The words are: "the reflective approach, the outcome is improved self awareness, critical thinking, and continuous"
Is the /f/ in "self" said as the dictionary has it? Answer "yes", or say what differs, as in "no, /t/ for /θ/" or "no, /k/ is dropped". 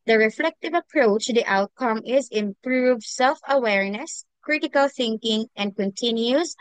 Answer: yes